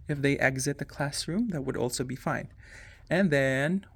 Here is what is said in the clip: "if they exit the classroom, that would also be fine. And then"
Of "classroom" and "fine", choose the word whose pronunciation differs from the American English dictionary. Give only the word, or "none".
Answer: none